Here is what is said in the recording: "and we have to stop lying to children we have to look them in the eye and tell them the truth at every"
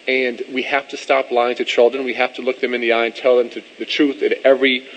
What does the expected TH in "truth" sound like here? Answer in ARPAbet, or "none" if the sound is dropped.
TH